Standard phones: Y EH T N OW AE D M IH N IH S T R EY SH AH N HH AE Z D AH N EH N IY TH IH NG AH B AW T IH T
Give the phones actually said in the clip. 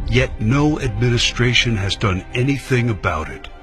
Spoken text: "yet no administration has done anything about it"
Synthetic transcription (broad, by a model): Y EH T N OW AE D M IH N IH S T R EY SH AH N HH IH Z D AH N EH N IY TH IH NG AH B AW T IH T